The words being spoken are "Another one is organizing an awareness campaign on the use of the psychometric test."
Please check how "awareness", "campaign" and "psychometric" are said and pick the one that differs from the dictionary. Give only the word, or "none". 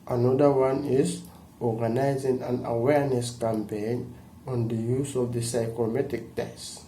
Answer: psychometric